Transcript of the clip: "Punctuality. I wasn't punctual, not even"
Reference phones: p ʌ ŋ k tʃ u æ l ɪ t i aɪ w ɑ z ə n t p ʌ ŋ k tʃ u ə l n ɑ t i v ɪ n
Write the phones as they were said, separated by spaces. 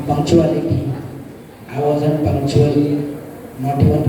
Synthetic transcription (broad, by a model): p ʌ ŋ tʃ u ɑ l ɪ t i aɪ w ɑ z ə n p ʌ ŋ tʃ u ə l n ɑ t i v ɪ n